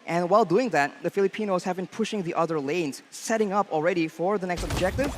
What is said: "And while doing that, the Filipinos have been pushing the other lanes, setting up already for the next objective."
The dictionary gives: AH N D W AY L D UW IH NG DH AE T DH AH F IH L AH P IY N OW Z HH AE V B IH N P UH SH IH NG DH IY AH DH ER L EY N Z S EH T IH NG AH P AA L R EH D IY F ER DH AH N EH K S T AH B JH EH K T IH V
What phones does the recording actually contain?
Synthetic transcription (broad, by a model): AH N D W AY L D UW IH NG DH AE T DH AH F IH L AH P IY N OW Z HH AE V B IH N P UH SH IH NG DH IY AH DH ER L EY N Z S EH T IH NG AH P L R EH D IY F ER DH AH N EH K S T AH B JH EH K T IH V